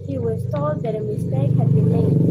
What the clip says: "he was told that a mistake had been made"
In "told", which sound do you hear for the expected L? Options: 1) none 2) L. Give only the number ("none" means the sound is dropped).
1